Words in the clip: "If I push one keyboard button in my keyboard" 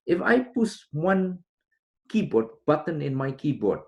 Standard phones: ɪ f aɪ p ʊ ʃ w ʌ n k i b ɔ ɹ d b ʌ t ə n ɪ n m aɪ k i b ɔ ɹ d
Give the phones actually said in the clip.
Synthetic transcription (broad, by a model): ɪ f aɪ p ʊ s w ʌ n k i b ɔ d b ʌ t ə n ɪ n m aɪ k i b ɔ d